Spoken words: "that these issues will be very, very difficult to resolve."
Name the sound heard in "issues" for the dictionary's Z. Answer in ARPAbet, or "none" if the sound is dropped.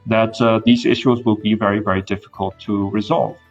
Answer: Z